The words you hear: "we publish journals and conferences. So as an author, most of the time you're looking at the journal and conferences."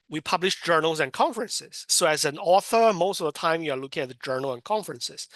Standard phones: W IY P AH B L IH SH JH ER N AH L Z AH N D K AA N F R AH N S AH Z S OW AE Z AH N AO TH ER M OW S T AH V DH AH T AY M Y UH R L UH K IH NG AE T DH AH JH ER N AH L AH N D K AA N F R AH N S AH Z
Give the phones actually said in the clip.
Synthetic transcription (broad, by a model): W IY P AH B L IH SH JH ER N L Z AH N K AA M F R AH N S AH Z S OW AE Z AH N AO TH ER M OW S T AH V DH AH T AY M Y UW R L UH K IH NG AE T DH AH JH ER N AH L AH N K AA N F R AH N S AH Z